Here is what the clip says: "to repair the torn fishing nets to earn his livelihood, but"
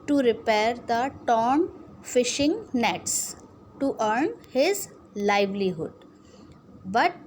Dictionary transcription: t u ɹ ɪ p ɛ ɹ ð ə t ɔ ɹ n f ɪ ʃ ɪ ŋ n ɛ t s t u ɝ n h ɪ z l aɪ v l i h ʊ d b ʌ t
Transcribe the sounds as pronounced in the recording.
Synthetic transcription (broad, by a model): t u ɹ ɪ p ɛ ɹ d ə t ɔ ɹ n f ɪ ʃ ɪ ŋ n ɛ t s t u ɝ n h ɪ z l aɪ v l i h ʊ d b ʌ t